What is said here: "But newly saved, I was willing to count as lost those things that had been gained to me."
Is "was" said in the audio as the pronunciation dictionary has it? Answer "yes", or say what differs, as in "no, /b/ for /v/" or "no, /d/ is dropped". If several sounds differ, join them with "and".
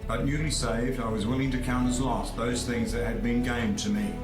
yes